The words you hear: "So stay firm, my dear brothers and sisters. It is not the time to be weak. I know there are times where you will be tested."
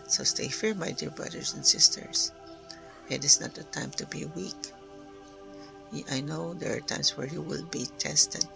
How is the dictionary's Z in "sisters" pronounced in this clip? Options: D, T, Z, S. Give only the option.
S